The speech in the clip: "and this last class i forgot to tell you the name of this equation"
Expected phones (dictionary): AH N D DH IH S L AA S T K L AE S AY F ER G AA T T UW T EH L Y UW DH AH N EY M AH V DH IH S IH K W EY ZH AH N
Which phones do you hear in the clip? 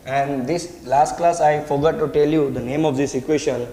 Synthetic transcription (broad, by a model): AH N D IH S L AA S T K L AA S AY F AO G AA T T UW T EH L Y UW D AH N EY M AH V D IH S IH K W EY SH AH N